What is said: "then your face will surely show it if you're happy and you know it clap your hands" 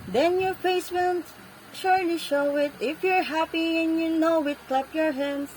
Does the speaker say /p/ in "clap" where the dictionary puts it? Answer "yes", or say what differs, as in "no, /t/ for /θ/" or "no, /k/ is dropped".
yes